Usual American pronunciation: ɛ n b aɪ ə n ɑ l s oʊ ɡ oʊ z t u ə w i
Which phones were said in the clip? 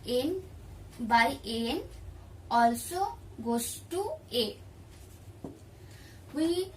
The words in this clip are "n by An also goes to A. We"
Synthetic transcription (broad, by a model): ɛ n b aɪ ə n ɑ l s oʊ ɡ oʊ s t u ə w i